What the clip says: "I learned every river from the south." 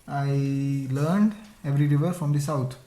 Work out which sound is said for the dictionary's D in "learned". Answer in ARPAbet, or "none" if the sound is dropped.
D